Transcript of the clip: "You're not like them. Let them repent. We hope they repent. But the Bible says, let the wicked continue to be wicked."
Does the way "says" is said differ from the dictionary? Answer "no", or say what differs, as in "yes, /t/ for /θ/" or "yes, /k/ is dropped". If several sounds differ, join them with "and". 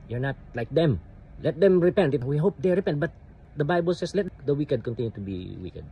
yes, /s/ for /z/